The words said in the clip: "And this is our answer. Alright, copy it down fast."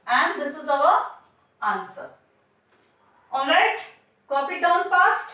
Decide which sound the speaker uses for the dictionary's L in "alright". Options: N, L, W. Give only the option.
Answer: N